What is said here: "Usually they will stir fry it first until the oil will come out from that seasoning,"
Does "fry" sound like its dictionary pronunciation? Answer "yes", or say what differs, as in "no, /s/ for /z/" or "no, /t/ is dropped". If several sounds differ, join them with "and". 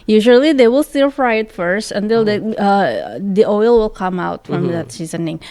yes